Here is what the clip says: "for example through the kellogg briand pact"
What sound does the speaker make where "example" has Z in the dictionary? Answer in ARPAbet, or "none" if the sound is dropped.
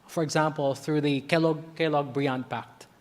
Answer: Z